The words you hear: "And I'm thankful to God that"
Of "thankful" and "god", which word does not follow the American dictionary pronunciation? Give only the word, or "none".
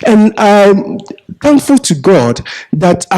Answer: none